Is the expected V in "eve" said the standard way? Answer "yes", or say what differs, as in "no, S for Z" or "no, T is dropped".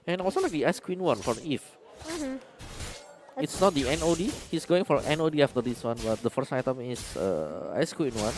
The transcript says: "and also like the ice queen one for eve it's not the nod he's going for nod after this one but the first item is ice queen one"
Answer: no, F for V